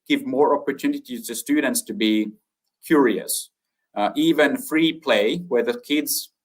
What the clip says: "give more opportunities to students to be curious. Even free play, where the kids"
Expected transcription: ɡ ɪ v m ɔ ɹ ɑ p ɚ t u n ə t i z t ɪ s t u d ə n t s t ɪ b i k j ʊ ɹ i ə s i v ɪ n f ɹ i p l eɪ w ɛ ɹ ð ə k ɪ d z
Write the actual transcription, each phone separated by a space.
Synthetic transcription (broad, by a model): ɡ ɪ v m ɔ ɹ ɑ p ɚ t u n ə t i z t ɪ s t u d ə n t s t ɪ b i k j ʊ ɹ i ə s i v ɪ n f ɹ i p l eɪ w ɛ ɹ ð ə k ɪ d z